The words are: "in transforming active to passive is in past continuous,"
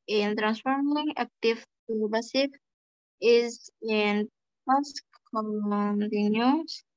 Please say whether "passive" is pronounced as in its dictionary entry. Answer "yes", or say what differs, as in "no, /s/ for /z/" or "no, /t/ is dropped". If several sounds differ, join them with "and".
no, /b/ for /p/